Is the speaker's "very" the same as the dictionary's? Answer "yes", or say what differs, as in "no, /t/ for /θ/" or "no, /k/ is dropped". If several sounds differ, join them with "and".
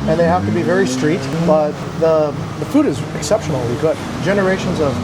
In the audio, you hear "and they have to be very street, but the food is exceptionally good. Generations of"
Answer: yes